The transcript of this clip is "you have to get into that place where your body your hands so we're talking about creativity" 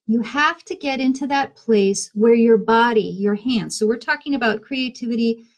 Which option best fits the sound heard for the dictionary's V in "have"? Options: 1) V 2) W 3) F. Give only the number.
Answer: 3